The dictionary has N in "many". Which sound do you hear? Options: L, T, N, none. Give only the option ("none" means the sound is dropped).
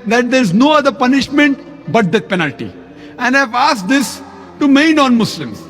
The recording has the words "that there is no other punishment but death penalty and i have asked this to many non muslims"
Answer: none